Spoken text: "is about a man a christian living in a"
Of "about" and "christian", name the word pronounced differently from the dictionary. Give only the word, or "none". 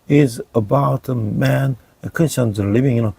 christian